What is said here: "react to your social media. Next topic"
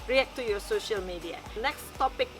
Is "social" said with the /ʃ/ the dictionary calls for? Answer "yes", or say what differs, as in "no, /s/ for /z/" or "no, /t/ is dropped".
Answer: yes